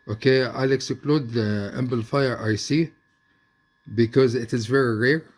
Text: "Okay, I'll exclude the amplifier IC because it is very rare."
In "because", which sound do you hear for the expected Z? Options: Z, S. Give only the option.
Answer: Z